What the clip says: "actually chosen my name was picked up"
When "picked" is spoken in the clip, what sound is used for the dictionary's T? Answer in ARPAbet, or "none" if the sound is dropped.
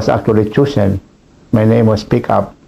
none